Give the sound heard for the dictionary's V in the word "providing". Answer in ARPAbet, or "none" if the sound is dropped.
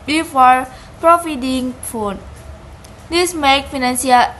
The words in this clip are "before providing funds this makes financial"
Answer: F